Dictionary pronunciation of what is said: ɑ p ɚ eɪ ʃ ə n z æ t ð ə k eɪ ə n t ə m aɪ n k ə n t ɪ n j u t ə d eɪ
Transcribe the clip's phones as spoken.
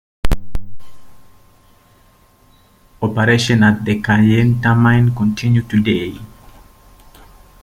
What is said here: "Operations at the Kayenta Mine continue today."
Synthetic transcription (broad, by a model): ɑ p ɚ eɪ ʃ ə n ɑ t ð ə k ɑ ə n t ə m aɪ n k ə n t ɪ n j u t ə d eɪ